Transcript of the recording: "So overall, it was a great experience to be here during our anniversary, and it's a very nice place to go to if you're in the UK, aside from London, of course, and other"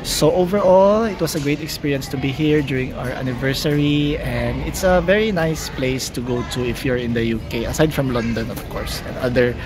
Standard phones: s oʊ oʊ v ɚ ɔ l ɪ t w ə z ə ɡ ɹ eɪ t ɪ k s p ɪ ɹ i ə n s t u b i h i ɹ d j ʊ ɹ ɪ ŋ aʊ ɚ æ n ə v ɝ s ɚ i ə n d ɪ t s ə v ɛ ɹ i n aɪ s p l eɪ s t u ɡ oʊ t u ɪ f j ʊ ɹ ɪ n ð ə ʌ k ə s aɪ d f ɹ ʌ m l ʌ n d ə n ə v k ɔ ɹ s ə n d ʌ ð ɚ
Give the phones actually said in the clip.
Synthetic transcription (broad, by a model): s oʊ oʊ v ɚ ɔ l ɪ t w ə s ə ɡ ɹ eɪ t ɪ k s p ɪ ɹ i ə n s t u b i h i ɹ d j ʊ ɹ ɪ ŋ aʊ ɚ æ n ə v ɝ s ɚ i ə n d ɪ t s ə v ɛ ɹ i n aɪ s p l eɪ s t u ɡ oʊ t u ɪ f j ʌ ɹ ɪ n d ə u k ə s aɪ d f ɹ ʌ m l ʌ n d ə n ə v k ɔ ɹ s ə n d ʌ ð ɚ